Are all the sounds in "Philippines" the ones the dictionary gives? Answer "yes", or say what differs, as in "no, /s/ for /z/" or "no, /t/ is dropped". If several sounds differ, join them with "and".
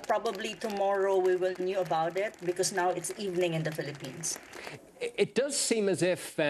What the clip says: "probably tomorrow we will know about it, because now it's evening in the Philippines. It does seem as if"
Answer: no, /s/ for /z/